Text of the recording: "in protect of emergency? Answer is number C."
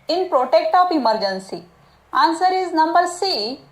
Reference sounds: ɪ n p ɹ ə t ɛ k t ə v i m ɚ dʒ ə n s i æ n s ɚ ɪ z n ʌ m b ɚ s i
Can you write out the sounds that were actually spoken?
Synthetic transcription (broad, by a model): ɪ n p ɹ ə t ɛ k t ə p i m ɚ dʒ ə n s i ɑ n s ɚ ɪ z n ʌ m b ɚ s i